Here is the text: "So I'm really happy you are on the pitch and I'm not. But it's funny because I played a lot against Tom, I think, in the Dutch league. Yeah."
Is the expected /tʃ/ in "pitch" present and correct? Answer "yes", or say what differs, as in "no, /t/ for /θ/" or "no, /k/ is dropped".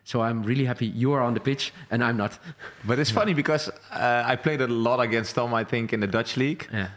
yes